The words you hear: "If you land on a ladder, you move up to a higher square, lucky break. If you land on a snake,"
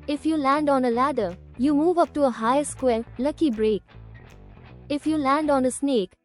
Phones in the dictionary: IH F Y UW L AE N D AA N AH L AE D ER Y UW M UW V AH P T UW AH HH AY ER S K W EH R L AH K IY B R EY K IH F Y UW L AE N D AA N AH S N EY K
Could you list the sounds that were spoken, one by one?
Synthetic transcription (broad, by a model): IH F Y UW L AE N D AA N AH L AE D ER Y UW M UW V AH P T UW AH HH AY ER S K W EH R L AH K IY B R EY K IH F Y UW L AE N D AA N AH S N EY K